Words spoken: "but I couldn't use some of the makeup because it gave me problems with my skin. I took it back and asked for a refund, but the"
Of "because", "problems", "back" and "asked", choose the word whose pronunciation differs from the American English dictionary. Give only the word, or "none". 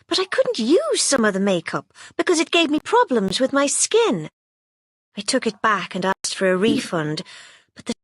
none